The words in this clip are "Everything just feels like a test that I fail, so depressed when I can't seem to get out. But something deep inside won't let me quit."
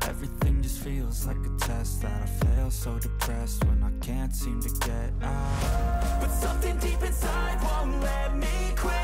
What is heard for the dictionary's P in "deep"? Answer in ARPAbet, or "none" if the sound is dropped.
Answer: P